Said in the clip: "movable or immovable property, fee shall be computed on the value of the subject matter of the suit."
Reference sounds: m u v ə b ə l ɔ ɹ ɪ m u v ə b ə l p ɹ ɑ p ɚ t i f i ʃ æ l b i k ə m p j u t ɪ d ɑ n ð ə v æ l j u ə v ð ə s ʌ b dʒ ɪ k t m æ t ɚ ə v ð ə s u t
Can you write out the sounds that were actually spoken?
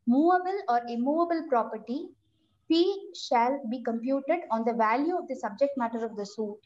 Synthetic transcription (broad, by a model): m u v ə b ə l ɔ ɹ ɪ m u v ə b ə l p ɹ ɑ p ɚ t i p i ʃ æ l b i k ə m p j u t ɪ d ɑ n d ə v æ l j u ə v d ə s ʌ b dʒ ɪ k t m æ t ɚ ə v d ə s u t